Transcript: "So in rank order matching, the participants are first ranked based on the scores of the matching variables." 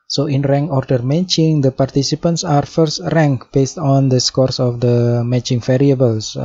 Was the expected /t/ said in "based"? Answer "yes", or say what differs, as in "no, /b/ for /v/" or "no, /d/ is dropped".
yes